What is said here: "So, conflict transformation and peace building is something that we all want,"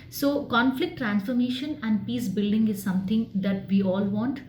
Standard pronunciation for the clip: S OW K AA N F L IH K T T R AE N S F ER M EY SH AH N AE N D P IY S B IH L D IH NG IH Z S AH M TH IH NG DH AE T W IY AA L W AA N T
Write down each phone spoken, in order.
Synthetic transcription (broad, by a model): S OW K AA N F L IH K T T R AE N S F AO M EY SH AH N AE N D P IY S B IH L D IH NG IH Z S AH M T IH NG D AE T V IY AA L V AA N T